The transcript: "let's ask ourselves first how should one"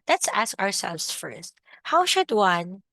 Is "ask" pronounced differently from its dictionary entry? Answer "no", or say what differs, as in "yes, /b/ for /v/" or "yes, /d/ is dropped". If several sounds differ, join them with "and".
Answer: no